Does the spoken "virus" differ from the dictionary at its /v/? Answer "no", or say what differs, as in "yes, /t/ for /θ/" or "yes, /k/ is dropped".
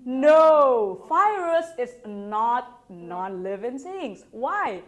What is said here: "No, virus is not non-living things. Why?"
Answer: yes, /f/ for /v/